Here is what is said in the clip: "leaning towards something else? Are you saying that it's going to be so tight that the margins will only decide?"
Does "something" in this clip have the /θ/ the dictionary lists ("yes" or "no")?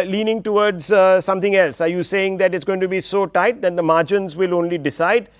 no